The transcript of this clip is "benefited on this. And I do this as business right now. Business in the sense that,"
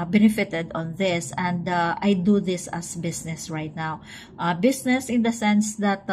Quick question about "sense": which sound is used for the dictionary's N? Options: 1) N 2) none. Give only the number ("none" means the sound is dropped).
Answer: 1